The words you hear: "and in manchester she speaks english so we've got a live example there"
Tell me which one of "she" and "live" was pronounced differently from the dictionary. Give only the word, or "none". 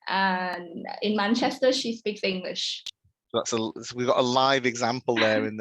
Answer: none